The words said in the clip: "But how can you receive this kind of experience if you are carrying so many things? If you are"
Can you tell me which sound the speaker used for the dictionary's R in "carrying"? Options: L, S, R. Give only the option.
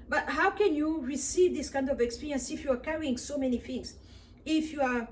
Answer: R